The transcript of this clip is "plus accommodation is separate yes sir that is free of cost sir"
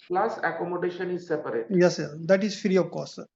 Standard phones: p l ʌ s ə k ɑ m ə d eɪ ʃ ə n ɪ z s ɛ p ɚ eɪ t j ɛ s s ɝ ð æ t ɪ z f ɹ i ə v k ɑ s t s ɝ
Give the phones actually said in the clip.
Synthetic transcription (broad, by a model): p l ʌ s ə k ɑ m ə d eɪ ʃ ə n ɪ z s ɛ p ɚ eɪ t j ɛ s s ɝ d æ t ɪ z f ɹ i ə v k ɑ t s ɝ